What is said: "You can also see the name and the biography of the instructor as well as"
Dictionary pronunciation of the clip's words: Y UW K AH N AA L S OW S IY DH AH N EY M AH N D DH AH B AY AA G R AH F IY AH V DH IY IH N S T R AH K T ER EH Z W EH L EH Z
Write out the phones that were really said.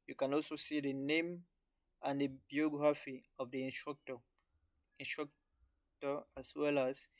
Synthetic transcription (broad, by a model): Y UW K AH N AA L S OW S IY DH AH N EY M AH N D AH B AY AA G R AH F IY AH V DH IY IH N S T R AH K T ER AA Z W EH L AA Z